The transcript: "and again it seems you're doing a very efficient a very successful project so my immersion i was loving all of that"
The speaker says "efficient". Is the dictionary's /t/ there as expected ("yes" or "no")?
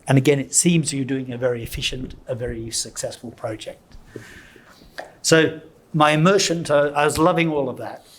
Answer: yes